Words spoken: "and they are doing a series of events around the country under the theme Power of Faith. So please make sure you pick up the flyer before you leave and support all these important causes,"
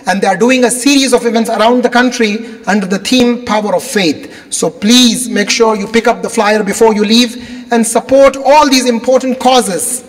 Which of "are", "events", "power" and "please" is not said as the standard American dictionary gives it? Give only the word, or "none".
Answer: none